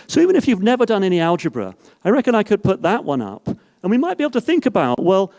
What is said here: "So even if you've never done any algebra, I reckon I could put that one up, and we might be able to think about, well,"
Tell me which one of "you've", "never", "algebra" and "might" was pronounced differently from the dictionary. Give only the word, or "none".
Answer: none